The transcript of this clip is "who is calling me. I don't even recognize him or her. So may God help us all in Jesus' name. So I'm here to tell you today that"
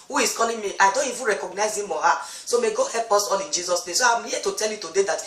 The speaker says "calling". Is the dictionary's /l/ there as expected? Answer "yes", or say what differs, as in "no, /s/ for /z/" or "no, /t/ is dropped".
no, /n/ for /l/